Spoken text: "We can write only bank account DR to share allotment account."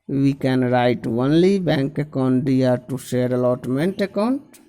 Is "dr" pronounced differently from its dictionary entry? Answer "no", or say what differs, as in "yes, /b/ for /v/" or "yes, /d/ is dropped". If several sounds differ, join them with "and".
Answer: yes, /k/ is dropped